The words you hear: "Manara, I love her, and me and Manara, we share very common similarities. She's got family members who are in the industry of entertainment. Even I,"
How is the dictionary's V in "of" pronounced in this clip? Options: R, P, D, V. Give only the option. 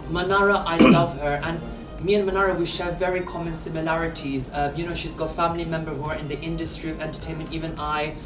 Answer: V